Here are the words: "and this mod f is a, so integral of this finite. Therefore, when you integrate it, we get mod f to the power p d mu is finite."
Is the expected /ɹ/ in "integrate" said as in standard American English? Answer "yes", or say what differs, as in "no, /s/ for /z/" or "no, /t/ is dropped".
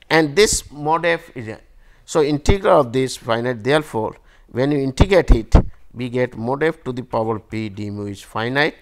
no, /ɹ/ is dropped